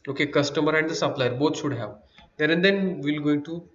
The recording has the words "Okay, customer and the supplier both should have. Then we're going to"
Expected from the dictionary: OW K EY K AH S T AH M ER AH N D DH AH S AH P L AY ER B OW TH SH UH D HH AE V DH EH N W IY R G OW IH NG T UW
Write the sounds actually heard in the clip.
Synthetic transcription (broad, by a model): OW K EY K AH S T AH M ER AH N D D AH S AH P L AY ER B OW T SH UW D HH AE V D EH N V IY L G OW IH T UW